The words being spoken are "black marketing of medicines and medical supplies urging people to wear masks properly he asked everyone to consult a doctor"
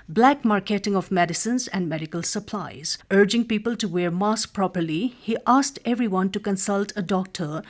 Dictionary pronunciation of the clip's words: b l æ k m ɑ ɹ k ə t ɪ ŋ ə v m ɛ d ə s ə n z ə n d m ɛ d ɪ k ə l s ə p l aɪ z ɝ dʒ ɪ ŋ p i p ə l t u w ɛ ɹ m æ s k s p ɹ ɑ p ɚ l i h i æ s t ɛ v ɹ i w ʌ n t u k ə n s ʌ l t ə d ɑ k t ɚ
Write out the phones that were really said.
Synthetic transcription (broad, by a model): b l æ k m ɑ ɹ k ə t ɪ ŋ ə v m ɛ d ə s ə n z ə n d m ɛ d ɪ k ə l s ə p l aɪ z ɝ dʒ ɪ ŋ p i p ə l t u w ɛ ɹ m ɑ s k p ɹ ɑ p ɚ l i h i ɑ s t ɛ v ɹ i w ʌ n t u k ə n s ʌ l t ə d ɑ k t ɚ